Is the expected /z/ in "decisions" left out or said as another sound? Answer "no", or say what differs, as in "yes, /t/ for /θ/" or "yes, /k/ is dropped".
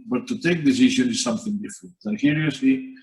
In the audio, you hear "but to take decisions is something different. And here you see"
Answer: yes, /z/ is dropped